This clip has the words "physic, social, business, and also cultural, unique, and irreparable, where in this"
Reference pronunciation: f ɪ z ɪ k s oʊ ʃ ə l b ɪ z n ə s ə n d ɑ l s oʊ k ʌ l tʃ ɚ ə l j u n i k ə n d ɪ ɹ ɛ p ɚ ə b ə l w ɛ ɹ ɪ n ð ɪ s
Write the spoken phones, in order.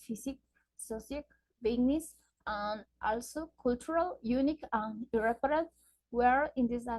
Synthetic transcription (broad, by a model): f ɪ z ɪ k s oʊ s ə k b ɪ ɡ n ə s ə n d ɑ l s oʊ k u l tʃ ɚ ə l j u n i k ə n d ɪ ɹ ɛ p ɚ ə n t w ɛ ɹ ɪ n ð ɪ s